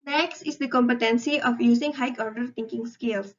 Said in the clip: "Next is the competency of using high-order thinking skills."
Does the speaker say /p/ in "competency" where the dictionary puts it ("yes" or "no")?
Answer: yes